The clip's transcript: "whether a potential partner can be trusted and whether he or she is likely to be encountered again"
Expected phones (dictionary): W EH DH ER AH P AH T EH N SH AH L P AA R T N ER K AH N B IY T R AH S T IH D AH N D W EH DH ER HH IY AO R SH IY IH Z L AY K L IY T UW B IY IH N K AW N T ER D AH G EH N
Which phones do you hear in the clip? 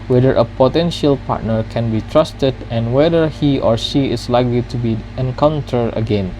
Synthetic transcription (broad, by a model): W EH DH ER AH P AH T EH N SH AH L P AA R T N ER K AH N B IY T R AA S T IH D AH N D W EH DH ER HH IY AO R SH IY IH S L AY K L IY T UW B IY IH N K AW N T ER D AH G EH N